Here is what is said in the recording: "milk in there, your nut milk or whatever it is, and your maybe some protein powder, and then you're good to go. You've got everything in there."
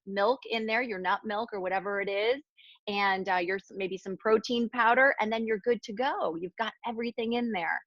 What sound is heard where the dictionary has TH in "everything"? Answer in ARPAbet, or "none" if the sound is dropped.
TH